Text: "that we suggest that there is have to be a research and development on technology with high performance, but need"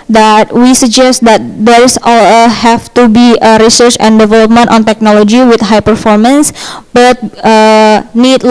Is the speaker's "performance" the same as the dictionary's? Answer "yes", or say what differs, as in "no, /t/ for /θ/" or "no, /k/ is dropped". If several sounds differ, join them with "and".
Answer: yes